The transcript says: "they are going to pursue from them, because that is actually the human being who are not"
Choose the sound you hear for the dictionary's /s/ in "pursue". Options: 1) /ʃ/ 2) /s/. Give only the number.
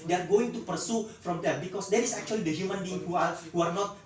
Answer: 2